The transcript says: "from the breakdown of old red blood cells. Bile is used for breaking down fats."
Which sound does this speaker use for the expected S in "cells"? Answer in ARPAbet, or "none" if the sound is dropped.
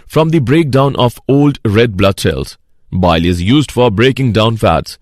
SH